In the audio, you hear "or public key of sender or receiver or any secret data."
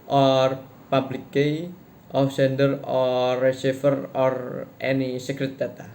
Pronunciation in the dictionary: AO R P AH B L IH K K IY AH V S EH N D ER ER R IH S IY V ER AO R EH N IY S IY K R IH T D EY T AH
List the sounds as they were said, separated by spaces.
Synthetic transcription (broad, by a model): AO R P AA B L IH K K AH F S EH N D ER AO R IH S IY F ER AO R EH N IY S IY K R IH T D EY T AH